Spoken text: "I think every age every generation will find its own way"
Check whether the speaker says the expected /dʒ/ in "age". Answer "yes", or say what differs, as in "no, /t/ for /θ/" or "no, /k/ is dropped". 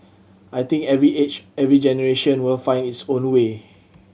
no, /tʃ/ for /dʒ/